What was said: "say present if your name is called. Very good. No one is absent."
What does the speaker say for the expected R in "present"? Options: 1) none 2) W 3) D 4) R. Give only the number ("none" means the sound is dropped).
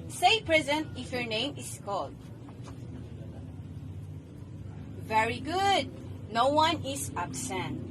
4